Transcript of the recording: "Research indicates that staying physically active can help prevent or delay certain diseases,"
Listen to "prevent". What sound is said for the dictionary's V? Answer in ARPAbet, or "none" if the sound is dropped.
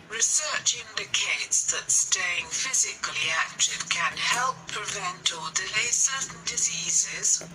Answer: V